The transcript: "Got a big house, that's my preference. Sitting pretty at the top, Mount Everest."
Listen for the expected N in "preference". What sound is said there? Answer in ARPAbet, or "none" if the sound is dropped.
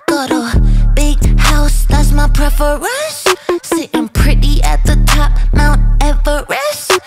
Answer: none